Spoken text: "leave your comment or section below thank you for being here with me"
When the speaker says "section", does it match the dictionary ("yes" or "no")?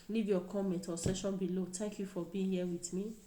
no